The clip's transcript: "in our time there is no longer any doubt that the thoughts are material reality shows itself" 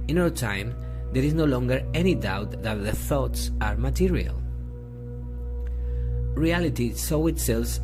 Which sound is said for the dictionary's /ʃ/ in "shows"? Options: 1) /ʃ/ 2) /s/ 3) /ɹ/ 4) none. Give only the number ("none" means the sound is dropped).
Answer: 2